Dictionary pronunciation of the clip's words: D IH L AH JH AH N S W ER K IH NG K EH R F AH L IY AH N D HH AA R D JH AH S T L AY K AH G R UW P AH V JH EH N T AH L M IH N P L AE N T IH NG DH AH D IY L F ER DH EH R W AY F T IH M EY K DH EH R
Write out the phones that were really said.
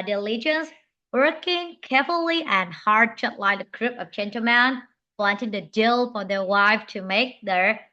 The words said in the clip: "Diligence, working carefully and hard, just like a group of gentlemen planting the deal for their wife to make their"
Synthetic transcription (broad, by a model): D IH L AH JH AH N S W ER K IH NG K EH R F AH L IY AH N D HH AA R D CH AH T L AY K AH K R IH P AH V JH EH N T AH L M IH N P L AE N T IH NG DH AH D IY L F ER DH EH R W AY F T IH M EY K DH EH R